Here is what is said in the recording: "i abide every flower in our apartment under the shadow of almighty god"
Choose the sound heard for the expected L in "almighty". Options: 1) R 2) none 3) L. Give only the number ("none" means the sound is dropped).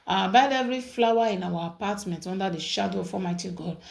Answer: 2